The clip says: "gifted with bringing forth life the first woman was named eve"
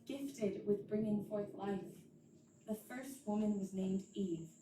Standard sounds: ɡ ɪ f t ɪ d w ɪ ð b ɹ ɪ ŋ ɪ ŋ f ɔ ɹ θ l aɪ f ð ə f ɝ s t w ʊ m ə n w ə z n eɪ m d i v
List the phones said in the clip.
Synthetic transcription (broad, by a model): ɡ ɪ f t ɪ d w ɪ ð b ɹ ɪ ŋ ɪ ŋ f ɔ ɹ θ l aɪ f ð ə f ɝ s t w ʊ m ə n w ə z n eɪ m d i